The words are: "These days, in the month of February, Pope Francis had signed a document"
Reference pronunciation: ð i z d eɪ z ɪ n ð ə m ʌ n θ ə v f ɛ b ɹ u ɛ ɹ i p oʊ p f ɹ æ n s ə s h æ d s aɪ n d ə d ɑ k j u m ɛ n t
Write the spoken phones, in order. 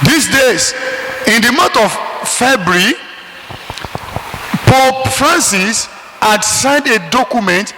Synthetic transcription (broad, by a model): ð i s d eɪ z ɪ n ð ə m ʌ n t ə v f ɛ b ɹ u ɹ i p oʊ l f ɹ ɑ n s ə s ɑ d s aɪ n d ə d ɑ k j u m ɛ n t